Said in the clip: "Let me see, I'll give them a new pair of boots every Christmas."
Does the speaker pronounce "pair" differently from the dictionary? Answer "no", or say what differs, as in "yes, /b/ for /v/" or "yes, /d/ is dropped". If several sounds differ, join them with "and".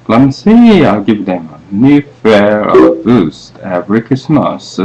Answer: yes, /f/ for /p/